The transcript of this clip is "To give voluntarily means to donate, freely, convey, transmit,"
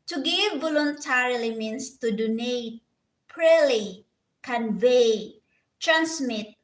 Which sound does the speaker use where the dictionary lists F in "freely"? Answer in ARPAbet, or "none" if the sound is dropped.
P